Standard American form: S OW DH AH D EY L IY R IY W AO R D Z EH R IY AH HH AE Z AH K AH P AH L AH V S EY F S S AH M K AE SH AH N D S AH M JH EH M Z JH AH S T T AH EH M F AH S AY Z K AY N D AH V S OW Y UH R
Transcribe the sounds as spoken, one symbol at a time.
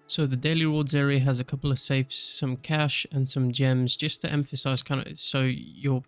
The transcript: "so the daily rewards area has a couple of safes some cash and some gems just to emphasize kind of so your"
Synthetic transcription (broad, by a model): S OW DH AH D EY L IY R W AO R D Z EH R IY AH Z AH K AH P L AH V S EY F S S AH M K AE SH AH N S AH M JH EH M Z JH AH S T T EH M F AH S AY Z K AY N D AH S OW Y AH R